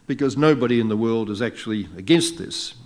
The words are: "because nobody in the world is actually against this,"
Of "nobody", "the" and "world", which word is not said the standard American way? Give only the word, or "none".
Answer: none